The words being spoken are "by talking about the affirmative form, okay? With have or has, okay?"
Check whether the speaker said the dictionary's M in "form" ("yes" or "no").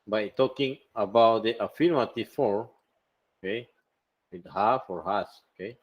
no